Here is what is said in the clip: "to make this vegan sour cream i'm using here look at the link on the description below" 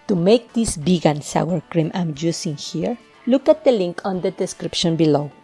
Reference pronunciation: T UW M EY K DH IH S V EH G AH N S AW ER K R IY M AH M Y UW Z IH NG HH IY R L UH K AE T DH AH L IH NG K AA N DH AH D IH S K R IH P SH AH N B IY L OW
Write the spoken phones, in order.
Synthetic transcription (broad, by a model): T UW M EY K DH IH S B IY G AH N S AW ER K R IY M AH M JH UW S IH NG HH IY R L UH K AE T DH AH L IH NG K AA N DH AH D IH S K R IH P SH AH N B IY L OW